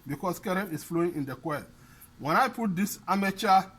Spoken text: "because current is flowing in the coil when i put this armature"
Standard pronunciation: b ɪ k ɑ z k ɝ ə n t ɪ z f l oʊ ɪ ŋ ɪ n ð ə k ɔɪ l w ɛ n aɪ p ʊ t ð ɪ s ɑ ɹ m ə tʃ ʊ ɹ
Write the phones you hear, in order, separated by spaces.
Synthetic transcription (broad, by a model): b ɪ k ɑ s k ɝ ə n ɪ s f l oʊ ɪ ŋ ɪ n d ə k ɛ w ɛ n aɪ p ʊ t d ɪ s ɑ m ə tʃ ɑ